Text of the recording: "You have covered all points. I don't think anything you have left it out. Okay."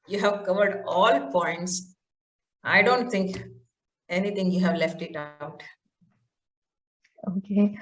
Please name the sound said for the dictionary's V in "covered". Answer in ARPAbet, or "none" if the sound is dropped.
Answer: V